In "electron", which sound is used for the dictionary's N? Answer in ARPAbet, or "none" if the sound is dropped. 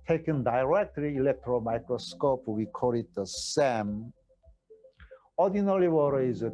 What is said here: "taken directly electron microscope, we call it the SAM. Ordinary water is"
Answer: L